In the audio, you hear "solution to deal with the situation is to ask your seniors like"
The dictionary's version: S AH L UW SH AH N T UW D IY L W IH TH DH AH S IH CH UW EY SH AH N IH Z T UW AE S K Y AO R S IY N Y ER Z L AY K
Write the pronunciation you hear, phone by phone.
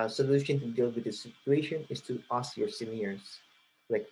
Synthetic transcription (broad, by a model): S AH L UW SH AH N T UW D IY L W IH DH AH S IH CH UW EY SH AH N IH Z T UW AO S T Y AO R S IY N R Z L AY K